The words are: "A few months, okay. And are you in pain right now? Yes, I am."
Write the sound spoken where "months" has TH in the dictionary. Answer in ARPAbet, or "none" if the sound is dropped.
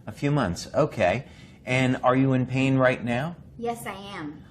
TH